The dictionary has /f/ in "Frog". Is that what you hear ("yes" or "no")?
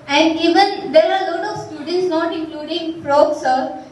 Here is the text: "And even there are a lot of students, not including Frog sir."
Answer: no